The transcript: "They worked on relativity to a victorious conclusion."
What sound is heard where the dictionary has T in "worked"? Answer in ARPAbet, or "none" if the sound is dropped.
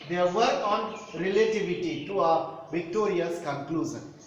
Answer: none